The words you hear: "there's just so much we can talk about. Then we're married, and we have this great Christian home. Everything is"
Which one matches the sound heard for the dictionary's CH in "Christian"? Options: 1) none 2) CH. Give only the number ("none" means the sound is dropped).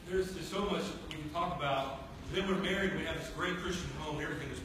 2